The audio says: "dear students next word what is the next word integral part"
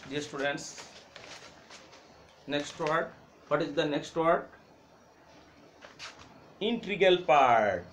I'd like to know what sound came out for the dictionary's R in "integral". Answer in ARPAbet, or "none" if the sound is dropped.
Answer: none